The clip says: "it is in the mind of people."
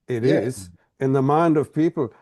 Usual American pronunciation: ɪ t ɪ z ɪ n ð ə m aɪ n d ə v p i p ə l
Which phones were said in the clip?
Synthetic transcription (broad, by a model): ɪ t ɪ z ɪ n ð ə m aɪ n d ə v p i p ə l